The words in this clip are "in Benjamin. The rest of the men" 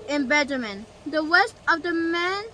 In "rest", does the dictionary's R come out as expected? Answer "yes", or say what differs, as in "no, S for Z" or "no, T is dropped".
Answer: no, W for R